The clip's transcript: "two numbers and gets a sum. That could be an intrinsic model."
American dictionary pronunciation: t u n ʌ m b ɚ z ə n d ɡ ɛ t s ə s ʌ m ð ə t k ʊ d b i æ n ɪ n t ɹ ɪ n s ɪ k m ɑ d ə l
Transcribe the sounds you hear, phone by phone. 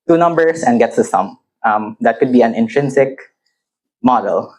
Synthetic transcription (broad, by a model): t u n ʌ m b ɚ s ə n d ɡ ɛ t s ə s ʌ m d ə t k ʊ d b i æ n ɪ n t ɹ ɪ n s ɪ k m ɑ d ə l